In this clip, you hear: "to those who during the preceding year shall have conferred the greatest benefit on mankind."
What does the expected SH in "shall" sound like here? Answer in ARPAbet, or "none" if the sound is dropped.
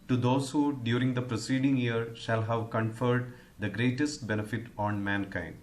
SH